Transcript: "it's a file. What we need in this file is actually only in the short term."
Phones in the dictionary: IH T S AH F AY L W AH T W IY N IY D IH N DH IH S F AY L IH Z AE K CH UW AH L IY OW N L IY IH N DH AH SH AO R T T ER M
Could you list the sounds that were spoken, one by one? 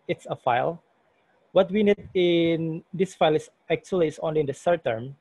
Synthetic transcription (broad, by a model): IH T S AH F AY L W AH T W IY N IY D IH N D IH S F AY L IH S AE K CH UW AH L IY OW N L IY IH N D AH S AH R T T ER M